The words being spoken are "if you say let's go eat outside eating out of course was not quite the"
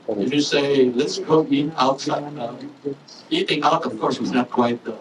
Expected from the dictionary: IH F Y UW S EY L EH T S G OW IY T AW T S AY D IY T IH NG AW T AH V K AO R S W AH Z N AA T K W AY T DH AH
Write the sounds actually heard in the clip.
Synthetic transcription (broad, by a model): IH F Y UW S EY L EH T S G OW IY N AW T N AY IY T IH NG AW T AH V K AO R S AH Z N AA T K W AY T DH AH